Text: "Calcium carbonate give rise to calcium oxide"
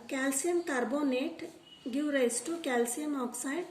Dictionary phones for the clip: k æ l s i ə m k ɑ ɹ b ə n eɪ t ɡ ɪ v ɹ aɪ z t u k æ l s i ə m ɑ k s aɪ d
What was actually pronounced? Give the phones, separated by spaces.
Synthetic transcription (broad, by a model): k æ l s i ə m k ɑ ɹ b ə n eɪ t ɡ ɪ w ɹ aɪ s t u k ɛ l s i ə m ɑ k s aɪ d